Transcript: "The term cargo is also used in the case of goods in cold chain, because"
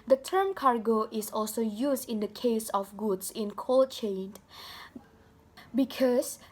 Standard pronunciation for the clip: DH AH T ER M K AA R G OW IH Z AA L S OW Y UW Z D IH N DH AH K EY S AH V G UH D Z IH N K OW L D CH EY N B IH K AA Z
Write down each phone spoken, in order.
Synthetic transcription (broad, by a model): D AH T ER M K AA R G OW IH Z AA L S OW Y UW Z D IH N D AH K EY S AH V G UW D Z IH N K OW L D CH EY N B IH K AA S